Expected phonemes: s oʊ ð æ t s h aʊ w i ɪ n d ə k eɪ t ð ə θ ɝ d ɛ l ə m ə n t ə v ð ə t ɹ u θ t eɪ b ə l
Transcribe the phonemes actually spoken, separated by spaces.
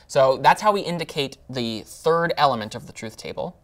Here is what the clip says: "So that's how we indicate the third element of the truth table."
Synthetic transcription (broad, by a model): s oʊ ð æ t s h aʊ w i ɪ n d ə k eɪ t ð ə θ ɝ d ɛ l ə m ə n t ə v ð ə t ɹ u θ t eɪ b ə l